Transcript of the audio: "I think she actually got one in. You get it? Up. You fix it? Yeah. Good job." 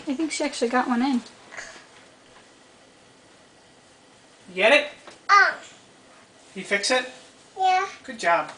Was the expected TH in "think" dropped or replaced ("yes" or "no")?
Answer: no